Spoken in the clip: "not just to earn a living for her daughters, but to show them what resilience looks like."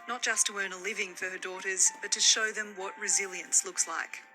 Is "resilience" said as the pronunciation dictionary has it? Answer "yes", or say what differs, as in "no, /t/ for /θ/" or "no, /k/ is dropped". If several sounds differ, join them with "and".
yes